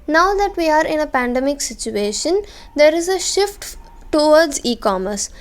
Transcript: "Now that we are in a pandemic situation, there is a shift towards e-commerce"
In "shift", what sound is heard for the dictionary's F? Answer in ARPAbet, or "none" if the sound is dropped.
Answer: F